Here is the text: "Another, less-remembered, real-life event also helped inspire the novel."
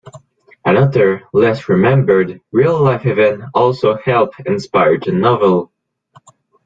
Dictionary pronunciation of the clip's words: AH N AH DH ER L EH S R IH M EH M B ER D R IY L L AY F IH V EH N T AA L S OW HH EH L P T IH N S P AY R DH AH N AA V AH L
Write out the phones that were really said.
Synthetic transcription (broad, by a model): AH N AH DH ER L EH S R IH M EH M B ER D R IY L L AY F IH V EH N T AA L S OW HH EH L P IH N S P AY R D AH N AA V AH L